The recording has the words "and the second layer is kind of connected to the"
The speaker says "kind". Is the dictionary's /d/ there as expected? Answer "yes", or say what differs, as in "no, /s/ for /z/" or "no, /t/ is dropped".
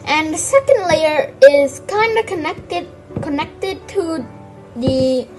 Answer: yes